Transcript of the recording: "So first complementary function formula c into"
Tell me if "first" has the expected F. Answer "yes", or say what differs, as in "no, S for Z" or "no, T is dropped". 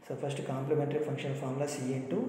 no, P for F